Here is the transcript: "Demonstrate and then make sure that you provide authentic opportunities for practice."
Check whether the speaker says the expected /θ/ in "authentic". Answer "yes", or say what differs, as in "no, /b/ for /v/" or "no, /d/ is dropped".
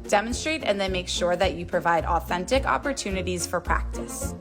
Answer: yes